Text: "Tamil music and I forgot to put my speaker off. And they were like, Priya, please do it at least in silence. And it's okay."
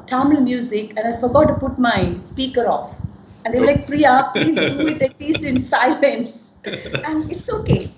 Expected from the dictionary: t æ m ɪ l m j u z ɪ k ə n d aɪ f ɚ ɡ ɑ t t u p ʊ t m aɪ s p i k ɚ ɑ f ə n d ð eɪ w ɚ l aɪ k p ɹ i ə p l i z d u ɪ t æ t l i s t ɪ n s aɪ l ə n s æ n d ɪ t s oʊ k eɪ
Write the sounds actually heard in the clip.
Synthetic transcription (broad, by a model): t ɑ m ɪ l m j u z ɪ k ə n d aɪ f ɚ ɡ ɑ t t u p ʊ t m aɪ s p i k ɚ ɑ f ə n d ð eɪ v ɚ l aɪ k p ɹ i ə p l i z d u ɪ t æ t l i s ɪ n s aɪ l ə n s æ n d ɪ t s oʊ k eɪ